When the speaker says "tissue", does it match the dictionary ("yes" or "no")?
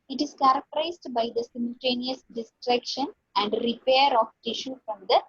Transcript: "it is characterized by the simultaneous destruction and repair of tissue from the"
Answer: yes